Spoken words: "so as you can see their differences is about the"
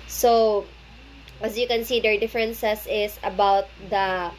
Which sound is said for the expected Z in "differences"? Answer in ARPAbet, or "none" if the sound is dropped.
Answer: S